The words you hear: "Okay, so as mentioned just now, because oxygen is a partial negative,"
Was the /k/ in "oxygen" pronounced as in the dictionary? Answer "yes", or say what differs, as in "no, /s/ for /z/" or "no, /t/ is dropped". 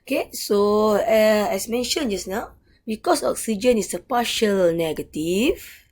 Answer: yes